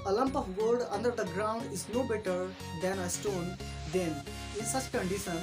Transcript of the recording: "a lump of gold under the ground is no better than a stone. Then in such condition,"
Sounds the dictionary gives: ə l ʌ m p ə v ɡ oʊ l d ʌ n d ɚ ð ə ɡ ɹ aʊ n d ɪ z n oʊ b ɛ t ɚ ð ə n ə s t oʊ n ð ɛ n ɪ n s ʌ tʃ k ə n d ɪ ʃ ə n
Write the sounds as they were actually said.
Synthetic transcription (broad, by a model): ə l ʌ m p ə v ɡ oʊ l d ʌ n d ɚ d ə ɡ ɹ aʊ n d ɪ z n oʊ b ɛ t ɚ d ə n ə s t oʊ n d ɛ n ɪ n s ʌ tʃ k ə n d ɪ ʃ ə n